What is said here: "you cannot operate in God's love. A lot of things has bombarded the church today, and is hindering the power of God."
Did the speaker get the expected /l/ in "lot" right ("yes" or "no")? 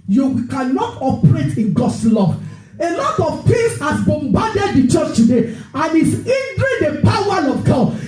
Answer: yes